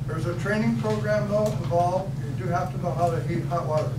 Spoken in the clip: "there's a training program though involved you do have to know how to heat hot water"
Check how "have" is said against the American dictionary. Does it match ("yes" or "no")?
no